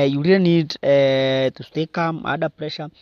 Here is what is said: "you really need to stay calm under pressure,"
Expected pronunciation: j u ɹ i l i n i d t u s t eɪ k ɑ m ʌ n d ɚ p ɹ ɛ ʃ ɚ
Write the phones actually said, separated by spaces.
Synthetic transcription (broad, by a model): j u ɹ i i n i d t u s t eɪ k ɑ m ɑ d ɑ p ɹ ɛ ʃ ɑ